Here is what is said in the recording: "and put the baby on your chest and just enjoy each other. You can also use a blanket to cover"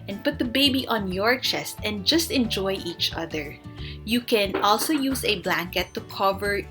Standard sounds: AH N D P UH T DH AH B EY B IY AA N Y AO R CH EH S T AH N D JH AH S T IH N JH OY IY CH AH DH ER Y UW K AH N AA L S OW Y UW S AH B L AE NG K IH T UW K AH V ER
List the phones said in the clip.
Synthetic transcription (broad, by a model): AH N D P UH T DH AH B EY B IY AA N Y AO R CH EH S T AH N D JH AH S T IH N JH OY IY CH AH DH ER Y UW K AH N AA L S OW Y UW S AH B L AE NG K IH T UW K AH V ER